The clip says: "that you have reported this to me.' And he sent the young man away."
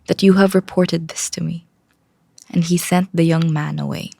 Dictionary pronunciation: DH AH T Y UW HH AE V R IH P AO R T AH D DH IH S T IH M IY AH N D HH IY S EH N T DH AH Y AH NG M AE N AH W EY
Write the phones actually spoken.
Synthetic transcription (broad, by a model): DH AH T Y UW HH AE V R IH P AO R T AH D DH IH S T IH M IY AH N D HH IY S EH N T DH AH Y AH NG M AE N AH W EY